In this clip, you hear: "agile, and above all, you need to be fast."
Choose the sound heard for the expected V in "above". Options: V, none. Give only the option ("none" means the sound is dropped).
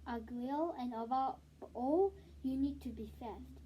none